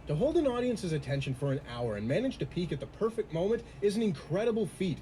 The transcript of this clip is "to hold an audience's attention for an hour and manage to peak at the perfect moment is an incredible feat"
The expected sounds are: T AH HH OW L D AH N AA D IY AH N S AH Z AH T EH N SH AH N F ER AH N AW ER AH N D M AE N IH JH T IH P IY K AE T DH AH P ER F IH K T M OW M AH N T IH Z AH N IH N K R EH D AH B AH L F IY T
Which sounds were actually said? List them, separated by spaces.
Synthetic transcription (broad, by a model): T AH HH OW L D AH N AA D IY AH N S AH Z AH T EH N SH AH N F ER AH N AW ER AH N M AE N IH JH T IH P IY K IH T DH AH P ER F IH K T M OW M AH N T IH Z N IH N K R EH D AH B L F IY T